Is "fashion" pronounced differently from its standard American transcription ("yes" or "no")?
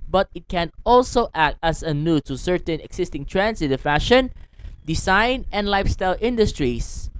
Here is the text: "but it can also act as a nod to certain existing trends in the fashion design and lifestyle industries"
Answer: no